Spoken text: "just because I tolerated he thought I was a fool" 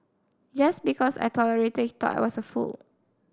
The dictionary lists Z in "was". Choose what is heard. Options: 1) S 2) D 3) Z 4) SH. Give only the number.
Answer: 1